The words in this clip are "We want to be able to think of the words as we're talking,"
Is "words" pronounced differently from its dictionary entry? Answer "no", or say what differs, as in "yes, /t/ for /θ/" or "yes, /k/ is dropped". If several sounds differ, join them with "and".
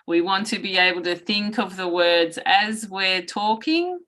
no